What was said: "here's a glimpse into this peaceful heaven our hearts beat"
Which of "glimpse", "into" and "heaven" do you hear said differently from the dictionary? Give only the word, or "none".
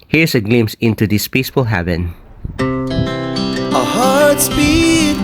glimpse